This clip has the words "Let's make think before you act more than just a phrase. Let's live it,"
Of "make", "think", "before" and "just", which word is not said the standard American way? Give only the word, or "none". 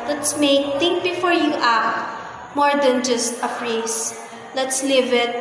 think